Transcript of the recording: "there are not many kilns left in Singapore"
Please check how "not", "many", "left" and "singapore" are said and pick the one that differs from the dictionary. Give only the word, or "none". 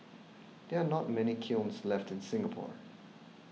none